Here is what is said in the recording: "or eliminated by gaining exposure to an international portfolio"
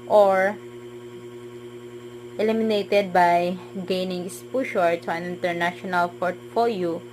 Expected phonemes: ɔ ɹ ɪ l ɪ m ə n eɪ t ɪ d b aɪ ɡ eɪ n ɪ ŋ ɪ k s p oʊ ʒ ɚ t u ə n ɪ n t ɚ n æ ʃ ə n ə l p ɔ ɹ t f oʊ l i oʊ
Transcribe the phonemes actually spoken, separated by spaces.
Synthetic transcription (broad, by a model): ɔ ɹ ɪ l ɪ m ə n eɪ t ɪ d b aɪ ɡ eɪ n ɪ ŋ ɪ s p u ʃ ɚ t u ə n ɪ n t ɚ n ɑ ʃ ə n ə l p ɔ ɹ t f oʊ l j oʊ